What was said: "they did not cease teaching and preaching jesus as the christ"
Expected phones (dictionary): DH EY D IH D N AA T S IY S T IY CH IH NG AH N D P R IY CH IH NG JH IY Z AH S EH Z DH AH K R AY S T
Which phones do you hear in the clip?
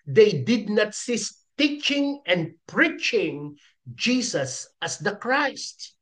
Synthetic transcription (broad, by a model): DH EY D IH D N AA T S IY S T IY CH IH NG AH N D P R IY CH IH NG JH IY S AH S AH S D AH K R AY S T